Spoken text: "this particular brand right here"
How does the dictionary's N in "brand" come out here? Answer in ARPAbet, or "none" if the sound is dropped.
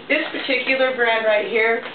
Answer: none